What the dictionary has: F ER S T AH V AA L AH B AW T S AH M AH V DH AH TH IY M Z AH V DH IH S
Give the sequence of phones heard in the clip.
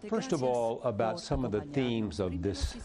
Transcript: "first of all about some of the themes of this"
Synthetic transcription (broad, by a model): F ER S T AH V AA L AH B AW T S AH M AH V DH AH TH IY M Z AH V DH IH S